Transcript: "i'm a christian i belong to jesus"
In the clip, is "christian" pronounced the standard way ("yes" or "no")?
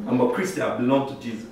no